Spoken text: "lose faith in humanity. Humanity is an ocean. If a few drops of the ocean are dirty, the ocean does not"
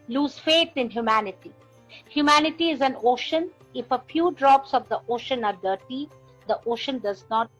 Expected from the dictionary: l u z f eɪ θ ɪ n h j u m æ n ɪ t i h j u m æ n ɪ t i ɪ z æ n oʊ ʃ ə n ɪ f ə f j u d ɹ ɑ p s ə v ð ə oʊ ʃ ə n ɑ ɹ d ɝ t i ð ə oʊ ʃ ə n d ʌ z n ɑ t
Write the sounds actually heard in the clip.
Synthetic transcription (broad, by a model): l u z f eɪ t ɪ n h j u m æ n ɪ t i h j u m æ n ɪ t i ɪ z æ n oʊ ʃ ə n ɪ f ə f j u d ɹ ɑ p s ə v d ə oʊ ʃ ə n ɑ ɹ d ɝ t i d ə oʊ ʃ ə n d ʌ z n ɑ t